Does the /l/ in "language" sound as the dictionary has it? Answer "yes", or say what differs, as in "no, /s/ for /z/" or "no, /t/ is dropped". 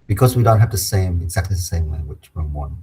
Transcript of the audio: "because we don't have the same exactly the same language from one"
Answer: no, /w/ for /l/